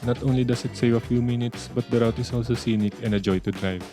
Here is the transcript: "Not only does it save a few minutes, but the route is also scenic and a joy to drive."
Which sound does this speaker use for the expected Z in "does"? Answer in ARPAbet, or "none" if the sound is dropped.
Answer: S